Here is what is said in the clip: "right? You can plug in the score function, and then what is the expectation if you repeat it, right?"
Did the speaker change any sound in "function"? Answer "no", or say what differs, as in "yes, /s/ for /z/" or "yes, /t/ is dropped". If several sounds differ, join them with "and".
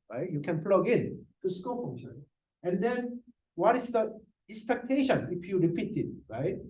yes, /k/ is dropped